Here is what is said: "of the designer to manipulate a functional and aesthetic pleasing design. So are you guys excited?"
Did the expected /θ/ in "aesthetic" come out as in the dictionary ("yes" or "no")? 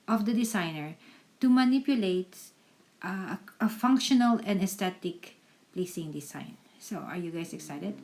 no